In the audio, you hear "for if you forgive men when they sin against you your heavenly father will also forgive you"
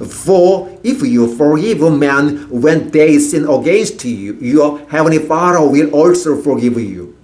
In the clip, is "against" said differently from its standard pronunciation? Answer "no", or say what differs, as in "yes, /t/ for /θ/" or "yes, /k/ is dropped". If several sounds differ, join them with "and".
yes, /n/ is dropped